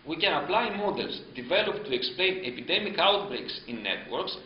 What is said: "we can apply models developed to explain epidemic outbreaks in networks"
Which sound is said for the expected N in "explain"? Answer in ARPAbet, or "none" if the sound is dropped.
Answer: N